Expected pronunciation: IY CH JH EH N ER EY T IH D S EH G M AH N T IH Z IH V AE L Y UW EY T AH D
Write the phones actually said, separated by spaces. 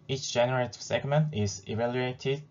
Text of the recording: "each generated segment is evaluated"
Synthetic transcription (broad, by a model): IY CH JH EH N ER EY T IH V S EH G M AH N T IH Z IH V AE L Y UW EY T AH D